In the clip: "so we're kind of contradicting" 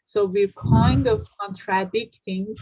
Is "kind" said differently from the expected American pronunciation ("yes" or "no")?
no